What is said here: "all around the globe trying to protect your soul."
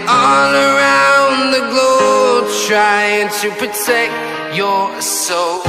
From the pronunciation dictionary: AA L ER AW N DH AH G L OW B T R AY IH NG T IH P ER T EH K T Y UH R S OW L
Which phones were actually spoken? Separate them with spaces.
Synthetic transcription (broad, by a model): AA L ER AW N DH AH G L OW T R AY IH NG T IH P ER T EH K T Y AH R S OW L